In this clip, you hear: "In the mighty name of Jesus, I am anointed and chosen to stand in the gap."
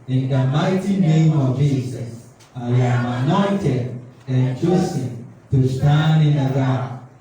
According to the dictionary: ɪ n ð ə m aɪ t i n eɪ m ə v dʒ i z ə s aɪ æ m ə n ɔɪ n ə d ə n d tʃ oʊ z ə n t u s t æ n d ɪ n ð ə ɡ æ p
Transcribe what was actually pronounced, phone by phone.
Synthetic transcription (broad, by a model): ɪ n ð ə m aɪ t i n eɪ m ə v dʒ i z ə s aɪ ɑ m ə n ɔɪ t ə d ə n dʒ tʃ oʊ s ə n t u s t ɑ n ɪ n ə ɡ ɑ